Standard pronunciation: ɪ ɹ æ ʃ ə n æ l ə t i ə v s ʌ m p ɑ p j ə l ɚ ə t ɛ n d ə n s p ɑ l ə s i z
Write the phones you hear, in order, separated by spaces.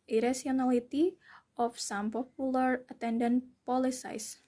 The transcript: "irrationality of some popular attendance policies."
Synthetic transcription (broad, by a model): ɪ ɹ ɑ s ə n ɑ l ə t i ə f s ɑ m p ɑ p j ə l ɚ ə t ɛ n d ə n p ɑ l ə s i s